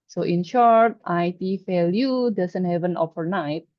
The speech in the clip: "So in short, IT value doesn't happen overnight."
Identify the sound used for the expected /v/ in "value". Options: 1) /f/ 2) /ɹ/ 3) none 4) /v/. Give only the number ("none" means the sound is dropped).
1